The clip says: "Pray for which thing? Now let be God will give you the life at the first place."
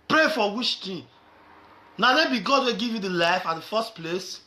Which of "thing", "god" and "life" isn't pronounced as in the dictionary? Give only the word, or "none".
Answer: thing